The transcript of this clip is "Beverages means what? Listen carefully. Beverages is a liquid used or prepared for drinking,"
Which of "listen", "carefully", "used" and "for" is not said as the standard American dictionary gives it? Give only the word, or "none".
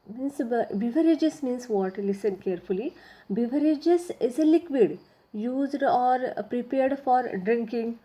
none